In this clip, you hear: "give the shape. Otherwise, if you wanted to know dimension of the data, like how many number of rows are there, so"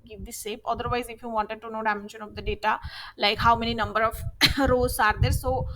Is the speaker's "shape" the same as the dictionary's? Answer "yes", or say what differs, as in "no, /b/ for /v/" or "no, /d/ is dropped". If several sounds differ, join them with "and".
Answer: no, /s/ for /ʃ/